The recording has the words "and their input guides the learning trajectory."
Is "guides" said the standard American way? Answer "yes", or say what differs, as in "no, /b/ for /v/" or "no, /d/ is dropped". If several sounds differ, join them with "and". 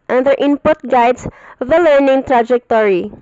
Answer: no, /s/ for /z/